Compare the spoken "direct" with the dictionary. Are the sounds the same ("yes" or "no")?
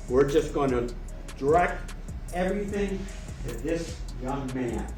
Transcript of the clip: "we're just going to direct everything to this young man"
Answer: no